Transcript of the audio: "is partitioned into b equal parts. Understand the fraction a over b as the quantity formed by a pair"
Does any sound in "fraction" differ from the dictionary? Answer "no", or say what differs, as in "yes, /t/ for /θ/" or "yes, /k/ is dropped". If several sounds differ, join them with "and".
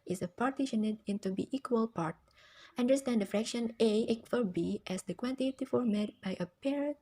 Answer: no